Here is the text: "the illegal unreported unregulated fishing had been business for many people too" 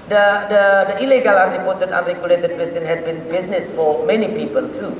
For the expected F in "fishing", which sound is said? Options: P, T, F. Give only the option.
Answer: P